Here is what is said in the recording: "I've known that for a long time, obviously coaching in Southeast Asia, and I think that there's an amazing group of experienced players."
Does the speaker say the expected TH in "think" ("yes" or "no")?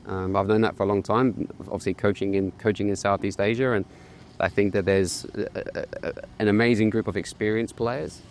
yes